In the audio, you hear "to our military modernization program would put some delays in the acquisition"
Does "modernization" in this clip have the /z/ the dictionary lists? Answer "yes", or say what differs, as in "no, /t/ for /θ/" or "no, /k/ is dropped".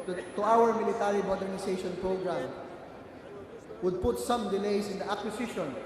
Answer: no, /s/ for /z/